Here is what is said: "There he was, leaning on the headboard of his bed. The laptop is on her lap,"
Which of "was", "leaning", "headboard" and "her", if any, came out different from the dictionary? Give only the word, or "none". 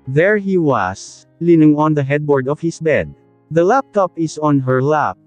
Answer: was